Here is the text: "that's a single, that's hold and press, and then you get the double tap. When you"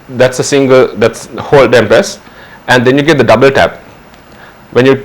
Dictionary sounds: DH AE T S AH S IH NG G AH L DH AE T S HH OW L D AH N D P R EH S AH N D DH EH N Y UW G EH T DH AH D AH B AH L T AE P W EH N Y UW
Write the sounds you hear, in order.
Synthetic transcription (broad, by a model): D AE T S AH S IH NG G AH L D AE T S HH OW L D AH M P EH S AH N D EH N Y UW G EH T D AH D AH B AH L T AE P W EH N Y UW